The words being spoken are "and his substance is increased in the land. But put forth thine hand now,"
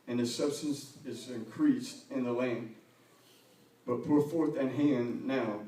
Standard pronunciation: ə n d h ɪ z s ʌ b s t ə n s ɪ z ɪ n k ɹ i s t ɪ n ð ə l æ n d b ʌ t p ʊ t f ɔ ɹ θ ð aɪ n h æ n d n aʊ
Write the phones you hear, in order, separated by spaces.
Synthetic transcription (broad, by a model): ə n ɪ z s ʌ b s t ə n s ɪ z ɪ n k ɹ i s t ɪ n ð ə l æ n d b ʌ t p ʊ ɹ f ɔ ɹ θ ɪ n h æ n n aʊ